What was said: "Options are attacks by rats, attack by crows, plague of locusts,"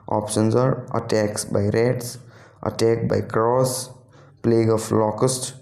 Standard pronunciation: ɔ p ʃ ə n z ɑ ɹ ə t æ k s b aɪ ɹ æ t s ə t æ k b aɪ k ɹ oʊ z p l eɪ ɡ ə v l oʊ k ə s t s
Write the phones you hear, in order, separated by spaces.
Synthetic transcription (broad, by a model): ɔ p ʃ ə n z ɑ ɹ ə t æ k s b aɪ ɹ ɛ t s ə t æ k b aɪ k ɹ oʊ s p l eɪ ɡ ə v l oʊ k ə s t